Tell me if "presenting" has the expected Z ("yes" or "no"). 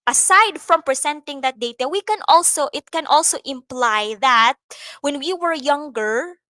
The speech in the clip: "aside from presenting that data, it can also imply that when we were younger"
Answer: no